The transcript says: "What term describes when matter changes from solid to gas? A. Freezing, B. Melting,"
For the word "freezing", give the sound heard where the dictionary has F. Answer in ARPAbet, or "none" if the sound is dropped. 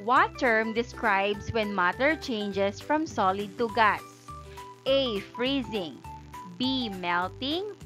F